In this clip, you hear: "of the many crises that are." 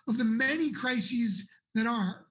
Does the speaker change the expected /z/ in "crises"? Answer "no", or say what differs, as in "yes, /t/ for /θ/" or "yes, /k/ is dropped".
no